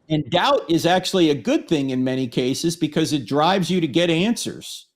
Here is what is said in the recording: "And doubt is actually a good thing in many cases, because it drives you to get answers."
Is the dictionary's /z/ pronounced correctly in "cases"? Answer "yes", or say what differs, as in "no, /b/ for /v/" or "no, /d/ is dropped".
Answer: yes